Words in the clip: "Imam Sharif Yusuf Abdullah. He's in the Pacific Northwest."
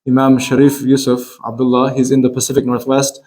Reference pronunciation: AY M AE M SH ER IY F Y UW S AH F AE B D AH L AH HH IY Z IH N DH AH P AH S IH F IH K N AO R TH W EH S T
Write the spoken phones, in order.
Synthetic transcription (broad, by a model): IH M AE M SH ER IY F Y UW S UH F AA B D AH L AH HH IY Z IH N DH AH P AH S IH F IH K N AO R TH W EH S T